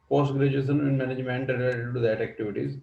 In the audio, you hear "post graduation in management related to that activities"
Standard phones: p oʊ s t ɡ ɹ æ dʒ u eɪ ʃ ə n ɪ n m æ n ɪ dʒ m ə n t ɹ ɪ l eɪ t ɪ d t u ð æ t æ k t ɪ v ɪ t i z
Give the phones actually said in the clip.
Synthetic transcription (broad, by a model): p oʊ s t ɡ ɹ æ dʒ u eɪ s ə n ɪ n m æ n ɪ dʒ m ə n t ɹ ɪ l eɪ t ɪ d t u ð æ t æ k t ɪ v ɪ t i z